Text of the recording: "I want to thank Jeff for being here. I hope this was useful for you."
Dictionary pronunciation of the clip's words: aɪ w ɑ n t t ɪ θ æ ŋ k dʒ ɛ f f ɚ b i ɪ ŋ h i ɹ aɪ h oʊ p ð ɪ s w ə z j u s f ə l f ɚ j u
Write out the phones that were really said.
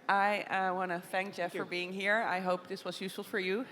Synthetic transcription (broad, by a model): aɪ w ɑ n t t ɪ θ æ ŋ k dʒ ɛ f f ɚ b i ɪ ŋ h i ɹ aɪ h oʊ p ð ɪ s w ə z j u s f l f ɚ j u